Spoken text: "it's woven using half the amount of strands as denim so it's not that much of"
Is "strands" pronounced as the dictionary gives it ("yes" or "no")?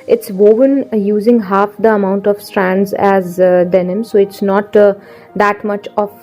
yes